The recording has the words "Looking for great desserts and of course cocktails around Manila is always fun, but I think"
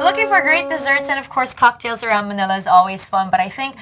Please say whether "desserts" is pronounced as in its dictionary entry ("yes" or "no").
yes